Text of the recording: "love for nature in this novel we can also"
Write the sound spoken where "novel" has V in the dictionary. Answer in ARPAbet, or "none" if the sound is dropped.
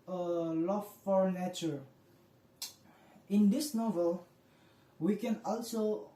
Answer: V